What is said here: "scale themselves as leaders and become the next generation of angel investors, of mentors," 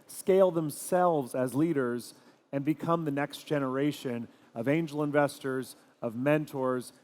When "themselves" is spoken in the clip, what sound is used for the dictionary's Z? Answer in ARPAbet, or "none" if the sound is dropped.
Z